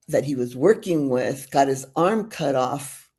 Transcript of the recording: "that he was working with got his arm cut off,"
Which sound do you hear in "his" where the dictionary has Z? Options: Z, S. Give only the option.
Z